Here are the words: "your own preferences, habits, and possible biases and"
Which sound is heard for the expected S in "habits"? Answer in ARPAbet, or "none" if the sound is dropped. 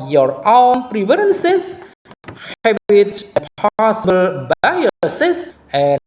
none